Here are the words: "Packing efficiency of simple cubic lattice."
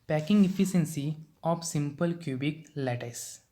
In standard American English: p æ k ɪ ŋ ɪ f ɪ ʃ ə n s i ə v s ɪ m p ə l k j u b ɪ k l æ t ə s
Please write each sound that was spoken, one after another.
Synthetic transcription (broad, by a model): p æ k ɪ ŋ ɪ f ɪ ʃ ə n s i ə p s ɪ m p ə l k j u b ɪ k l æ t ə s